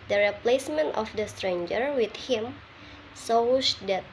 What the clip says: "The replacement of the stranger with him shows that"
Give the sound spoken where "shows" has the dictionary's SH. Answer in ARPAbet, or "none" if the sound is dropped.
S